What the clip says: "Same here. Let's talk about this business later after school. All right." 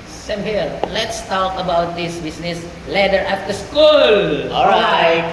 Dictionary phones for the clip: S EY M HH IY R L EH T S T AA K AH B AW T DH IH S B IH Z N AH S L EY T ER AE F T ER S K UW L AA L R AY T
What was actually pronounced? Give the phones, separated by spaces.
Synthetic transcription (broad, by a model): S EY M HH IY L L EH T S T AA K AH B AW T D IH S B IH S N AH S L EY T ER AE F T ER S K UW L AA L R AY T